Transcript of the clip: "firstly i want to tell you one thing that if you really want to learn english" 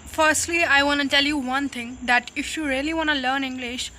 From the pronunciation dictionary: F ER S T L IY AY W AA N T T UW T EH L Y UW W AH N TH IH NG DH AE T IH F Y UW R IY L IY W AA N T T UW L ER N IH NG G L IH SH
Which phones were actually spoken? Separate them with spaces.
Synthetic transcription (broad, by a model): F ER S T L IY AY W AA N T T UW T EH L Y UW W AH N T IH NG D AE T IH F Y UW R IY L IY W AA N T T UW L ER N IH NG G L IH SH